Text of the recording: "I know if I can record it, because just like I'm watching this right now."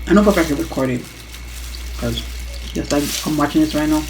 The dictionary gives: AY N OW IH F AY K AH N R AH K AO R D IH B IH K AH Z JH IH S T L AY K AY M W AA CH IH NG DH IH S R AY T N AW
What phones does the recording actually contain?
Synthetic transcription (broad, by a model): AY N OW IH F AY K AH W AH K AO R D IH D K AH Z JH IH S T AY AY M W AA CH IH NG DH IH S R AY T N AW